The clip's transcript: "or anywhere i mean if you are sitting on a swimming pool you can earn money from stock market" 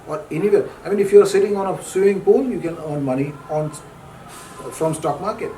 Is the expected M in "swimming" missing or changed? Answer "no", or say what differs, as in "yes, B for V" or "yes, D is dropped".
yes, M is dropped